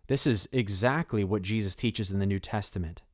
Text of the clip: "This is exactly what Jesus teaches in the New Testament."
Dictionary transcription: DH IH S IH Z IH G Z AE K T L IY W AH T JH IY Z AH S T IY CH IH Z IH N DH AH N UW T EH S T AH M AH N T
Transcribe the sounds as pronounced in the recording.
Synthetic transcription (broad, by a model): DH IH S IH Z IH G Z AE K T L IY W AH T JH IY Z AH S T IY CH IH Z IH N DH AH N UW T EH S T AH M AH N T